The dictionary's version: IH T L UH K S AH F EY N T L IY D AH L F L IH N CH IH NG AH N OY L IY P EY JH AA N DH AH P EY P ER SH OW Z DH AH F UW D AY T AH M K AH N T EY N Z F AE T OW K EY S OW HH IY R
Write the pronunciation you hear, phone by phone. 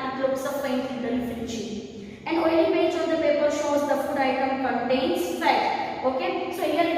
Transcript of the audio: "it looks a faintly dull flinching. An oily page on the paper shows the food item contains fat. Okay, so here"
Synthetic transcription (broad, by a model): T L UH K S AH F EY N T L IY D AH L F IH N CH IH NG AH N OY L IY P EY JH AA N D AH P EY P ER SH OW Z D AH F UW D AY T AH M K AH N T EY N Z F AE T OW K EY S OW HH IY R